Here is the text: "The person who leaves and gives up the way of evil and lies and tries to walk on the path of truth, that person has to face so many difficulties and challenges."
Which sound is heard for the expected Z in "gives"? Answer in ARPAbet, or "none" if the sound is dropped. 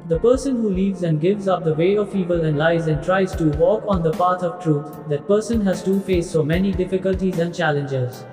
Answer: Z